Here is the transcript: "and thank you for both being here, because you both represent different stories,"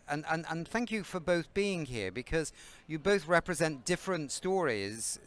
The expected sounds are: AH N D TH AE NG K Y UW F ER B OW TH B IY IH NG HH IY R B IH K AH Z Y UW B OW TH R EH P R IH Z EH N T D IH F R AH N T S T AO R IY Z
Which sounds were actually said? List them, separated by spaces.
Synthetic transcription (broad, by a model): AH N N TH AE NG K Y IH F ER B OW TH B IY IH NG HH IY R B IH K AH Z Y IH B OW TH R EH P R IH Z EH N D IH F R AH N T S T AO R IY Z